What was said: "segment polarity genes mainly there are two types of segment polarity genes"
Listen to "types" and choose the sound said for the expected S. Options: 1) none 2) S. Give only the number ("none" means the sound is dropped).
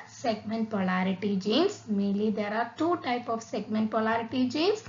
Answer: 1